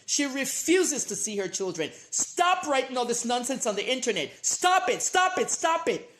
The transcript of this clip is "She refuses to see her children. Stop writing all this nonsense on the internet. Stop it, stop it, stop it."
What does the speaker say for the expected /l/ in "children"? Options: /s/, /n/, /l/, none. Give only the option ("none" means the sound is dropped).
/l/